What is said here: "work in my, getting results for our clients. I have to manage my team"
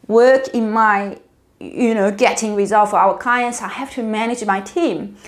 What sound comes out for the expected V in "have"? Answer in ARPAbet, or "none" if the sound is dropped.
F